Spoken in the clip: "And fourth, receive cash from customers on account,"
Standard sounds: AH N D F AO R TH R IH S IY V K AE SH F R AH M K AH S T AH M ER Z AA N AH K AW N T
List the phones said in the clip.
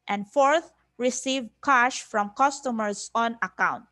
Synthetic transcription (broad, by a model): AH N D F AO R TH R IH S IY V K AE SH F R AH M K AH S T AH M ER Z AA N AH K AW N T